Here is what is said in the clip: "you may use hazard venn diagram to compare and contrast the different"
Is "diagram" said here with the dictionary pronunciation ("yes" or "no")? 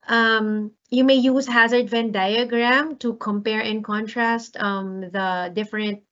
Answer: yes